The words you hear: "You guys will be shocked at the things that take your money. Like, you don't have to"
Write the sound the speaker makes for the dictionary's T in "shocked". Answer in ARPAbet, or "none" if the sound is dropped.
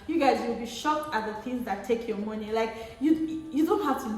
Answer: T